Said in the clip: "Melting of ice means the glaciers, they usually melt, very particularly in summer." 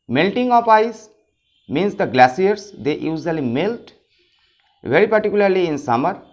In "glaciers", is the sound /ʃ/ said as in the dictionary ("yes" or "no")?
no